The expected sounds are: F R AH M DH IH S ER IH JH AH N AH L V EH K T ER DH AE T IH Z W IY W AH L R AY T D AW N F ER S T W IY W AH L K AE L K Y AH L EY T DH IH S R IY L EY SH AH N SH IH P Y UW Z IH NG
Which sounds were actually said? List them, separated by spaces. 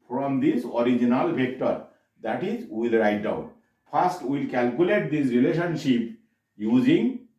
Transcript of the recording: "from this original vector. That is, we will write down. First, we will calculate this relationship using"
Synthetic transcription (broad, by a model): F R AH M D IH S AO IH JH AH N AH L P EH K T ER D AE T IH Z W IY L R AY T D AW N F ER S T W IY L K AE L K Y AH L EY T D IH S R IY L EY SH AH N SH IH P Y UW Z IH NG